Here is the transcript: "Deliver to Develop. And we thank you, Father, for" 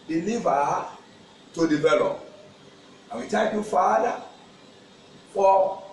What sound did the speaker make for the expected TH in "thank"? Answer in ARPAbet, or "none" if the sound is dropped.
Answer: T